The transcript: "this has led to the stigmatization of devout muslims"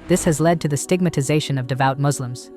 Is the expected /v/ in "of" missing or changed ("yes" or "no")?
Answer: no